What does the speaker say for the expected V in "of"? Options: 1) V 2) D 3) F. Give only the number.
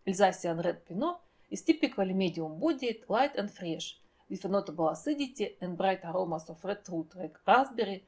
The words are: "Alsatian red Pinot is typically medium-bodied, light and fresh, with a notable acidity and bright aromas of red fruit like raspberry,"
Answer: 3